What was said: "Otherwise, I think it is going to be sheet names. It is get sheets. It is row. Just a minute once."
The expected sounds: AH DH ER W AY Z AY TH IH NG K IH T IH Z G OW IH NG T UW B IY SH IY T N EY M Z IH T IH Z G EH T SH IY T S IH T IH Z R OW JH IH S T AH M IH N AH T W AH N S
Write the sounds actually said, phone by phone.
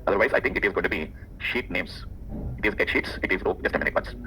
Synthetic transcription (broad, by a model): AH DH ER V AY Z AY T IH NG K IH T IH Z G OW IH T UW B IY SH IY T N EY M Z IH T IH Z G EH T SH IY T S IH T IH Z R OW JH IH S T AH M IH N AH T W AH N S